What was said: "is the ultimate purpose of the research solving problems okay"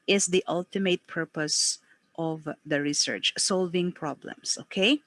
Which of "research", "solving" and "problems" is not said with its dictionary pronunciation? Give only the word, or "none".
problems